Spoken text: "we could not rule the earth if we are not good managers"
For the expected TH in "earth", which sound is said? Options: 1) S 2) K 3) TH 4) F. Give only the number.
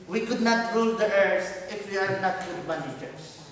1